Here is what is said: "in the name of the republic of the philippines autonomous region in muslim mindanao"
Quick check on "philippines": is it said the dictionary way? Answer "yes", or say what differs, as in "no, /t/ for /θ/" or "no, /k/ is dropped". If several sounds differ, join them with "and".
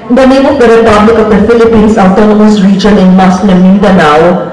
no, /s/ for /z/